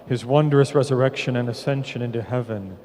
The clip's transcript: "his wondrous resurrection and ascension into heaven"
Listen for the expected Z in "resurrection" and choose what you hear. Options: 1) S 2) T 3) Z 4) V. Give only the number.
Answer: 3